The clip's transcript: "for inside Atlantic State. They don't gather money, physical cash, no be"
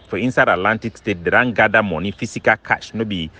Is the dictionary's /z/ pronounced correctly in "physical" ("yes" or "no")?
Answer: no